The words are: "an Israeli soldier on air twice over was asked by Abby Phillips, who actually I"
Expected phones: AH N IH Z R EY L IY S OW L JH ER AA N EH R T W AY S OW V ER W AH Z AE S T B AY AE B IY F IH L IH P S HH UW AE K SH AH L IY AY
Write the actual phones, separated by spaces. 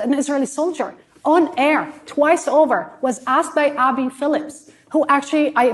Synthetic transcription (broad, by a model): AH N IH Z R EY L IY S OW L JH ER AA N EH R T W AY S OW V ER W AH Z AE S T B AY AE B IY F IH L IH P S HH UW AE K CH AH L IY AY